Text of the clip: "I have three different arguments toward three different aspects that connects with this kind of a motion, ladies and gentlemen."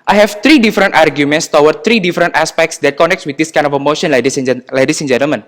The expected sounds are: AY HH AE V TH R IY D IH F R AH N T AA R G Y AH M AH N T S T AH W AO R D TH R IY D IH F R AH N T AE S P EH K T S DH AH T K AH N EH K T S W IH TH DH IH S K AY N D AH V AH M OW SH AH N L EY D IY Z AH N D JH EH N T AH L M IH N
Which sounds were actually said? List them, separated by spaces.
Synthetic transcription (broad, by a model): AY HH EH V T R IY D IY F R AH N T AA R G Y AH M AH N T S T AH W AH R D T R IY D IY F R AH N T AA S P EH K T S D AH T K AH N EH K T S W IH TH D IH S K AY N D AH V AH M OW SH AH N L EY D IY S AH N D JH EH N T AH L M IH N